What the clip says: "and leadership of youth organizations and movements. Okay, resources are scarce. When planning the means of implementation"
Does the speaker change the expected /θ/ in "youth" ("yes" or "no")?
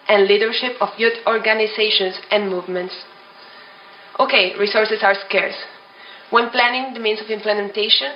yes